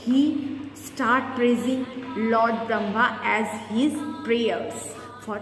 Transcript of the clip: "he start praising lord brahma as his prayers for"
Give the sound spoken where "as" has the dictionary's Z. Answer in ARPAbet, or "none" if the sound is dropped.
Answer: Z